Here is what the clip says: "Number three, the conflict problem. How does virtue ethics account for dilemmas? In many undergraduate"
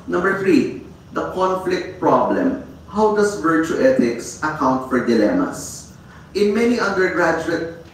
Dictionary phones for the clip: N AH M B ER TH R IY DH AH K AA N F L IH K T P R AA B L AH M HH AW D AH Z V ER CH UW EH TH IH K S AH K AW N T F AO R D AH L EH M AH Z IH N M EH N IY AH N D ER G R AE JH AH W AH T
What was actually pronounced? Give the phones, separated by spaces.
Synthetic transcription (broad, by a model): N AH M B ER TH R IY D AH K AA N F L IH K T P R AA B L AH M HH AW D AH S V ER CH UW EH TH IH K S AH K AW N T F AO R D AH L EH M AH S IH N M EH N IY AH N D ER G R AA JH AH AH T